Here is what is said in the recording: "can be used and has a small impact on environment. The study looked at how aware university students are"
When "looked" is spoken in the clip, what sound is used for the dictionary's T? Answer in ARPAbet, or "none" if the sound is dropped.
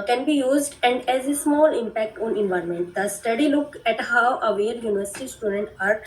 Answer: none